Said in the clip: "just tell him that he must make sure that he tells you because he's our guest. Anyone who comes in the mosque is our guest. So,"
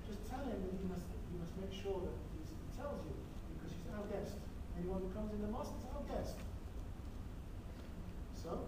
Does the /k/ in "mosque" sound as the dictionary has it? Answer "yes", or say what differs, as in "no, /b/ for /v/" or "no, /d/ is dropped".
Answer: no, /k/ is dropped